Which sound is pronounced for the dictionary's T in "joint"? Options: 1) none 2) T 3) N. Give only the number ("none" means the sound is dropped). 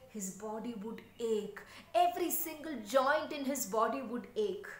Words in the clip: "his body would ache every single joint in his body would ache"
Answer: 2